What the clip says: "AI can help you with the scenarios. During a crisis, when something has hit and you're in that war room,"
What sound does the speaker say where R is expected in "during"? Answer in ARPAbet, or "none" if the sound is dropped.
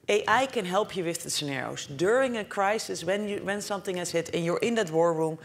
R